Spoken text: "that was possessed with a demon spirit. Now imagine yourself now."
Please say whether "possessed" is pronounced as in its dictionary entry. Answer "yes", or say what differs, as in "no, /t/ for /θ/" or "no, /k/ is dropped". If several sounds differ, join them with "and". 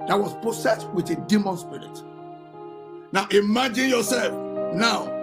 no, /s/ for /z/